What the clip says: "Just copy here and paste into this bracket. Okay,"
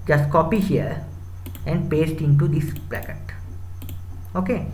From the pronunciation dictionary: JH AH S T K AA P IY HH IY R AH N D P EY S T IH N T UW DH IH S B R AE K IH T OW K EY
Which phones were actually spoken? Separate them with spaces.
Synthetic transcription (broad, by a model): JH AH S T K AA P IY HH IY R AH N D P EY S T IH N T UW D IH S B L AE K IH T OW K EY